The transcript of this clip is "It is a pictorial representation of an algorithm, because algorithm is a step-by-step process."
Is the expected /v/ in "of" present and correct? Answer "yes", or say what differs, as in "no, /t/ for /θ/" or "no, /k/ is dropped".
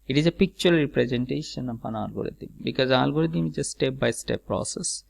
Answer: no, /p/ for /v/